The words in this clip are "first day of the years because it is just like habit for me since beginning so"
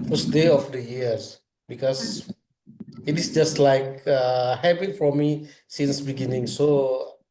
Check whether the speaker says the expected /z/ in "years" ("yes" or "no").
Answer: no